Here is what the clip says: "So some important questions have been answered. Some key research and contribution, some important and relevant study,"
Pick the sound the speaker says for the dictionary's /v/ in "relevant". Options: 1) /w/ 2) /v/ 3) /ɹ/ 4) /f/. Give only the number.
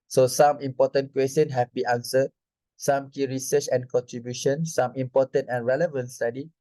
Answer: 2